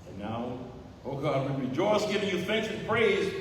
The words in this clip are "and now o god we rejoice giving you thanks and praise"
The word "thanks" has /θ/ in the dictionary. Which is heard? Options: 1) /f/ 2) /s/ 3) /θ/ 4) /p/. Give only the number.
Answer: 3